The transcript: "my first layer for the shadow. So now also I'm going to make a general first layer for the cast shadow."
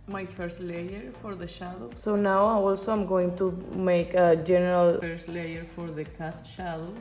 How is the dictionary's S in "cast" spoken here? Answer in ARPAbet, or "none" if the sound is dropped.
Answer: none